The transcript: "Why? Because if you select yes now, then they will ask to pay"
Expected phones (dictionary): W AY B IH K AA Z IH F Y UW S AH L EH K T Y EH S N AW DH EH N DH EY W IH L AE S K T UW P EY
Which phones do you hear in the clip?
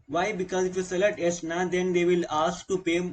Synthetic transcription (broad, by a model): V AY B IH K AA Z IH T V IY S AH L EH T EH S N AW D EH N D EY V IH L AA S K T UW P EY